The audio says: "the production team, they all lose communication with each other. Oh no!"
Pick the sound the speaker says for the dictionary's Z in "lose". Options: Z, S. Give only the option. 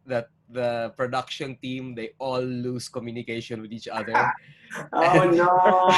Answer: S